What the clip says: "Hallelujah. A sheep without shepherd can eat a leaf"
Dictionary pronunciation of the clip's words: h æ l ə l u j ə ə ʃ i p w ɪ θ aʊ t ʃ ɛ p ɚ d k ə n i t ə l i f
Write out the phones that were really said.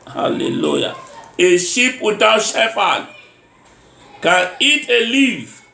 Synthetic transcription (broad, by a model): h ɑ l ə l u j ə ə ʃ i p w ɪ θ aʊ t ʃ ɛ f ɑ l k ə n i t ə l i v